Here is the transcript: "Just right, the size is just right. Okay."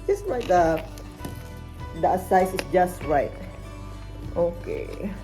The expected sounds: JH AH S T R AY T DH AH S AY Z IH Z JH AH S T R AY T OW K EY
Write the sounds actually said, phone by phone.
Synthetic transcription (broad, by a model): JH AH S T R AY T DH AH S AY S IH S JH AH S T R AY T OW K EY